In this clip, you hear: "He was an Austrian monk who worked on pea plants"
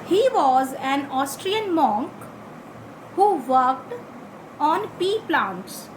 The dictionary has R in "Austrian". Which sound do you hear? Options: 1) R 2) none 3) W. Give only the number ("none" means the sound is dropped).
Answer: 1